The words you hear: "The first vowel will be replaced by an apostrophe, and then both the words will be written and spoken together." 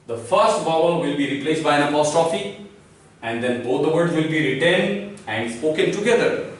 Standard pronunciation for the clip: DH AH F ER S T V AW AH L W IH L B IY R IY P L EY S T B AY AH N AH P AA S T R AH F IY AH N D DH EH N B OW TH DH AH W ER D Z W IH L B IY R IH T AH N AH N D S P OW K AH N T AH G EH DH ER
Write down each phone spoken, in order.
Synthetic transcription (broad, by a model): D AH F ER S T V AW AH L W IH L B IY R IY P L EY S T B AY AH N AH P AA S T R AH F IY AH N D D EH N B OW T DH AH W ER D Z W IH L B IY R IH T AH N AH N D S P OW K AH N T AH G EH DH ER